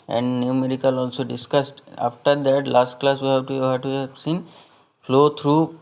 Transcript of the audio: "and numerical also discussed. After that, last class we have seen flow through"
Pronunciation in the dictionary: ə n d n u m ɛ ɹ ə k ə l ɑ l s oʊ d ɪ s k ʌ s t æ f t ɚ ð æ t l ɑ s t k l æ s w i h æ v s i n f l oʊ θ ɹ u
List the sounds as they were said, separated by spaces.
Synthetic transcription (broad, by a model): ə n d n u m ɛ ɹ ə k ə l ɑ l s oʊ d ɪ s k ʌ s t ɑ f t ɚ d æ t l ɑ s t k l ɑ s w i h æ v s i n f l oʊ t ɹ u